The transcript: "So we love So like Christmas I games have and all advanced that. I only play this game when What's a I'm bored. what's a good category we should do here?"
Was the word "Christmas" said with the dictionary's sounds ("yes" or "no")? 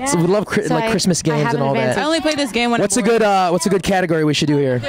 yes